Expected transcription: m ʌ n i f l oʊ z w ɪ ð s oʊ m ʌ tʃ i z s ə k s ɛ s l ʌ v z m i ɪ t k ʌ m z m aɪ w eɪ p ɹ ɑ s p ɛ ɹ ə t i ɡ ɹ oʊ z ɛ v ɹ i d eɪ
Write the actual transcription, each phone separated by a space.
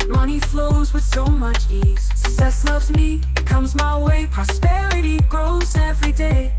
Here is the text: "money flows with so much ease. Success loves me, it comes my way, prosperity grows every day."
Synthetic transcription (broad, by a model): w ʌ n i f l oʊ z w ɪ ð s oʊ m ʌ tʃ i z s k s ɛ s l ʌ v z m i ɪ t k ʌ m z m aɪ w eɪ p ɹ ɑ s p ɛ ɹ ə t i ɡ ɹ oʊ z ɛ v ɹ i d eɪ